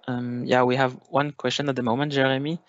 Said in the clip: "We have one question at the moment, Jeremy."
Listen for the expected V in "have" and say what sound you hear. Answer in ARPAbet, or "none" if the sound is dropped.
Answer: V